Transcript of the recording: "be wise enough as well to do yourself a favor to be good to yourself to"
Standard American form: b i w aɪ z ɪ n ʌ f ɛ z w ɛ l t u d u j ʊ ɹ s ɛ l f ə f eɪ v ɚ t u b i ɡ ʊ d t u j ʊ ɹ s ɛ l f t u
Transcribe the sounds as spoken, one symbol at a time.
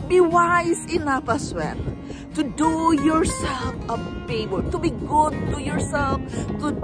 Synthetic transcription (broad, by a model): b i w aɪ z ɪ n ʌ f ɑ s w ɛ n t u d u j ʊ ɹ s ɛ l f ə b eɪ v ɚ t u b i ɡ ʊ d t u j ʊ ɹ s ɛ l f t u